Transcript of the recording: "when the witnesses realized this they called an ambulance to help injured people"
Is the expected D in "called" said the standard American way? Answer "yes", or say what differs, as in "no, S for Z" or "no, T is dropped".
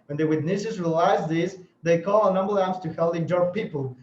no, D is dropped